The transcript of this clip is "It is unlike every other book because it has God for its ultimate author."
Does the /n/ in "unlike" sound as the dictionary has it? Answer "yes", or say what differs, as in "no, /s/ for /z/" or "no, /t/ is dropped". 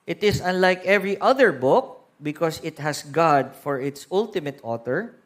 yes